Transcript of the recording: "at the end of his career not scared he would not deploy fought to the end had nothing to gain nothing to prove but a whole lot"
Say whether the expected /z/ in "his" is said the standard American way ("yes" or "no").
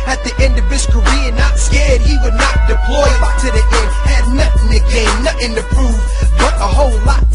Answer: no